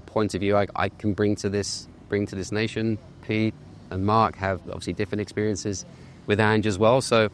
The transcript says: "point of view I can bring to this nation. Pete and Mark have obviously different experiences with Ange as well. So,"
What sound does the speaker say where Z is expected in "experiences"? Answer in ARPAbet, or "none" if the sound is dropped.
Z